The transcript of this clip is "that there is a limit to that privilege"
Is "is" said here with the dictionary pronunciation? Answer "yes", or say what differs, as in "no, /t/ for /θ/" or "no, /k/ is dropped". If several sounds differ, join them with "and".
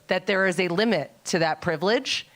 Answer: yes